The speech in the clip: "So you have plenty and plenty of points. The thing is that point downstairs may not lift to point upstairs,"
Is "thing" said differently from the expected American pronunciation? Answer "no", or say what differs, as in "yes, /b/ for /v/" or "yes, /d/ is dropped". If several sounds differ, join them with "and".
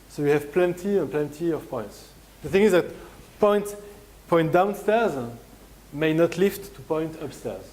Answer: no